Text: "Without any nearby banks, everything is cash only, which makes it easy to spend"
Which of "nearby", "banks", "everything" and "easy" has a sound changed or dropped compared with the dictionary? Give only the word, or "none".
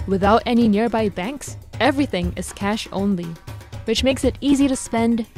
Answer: none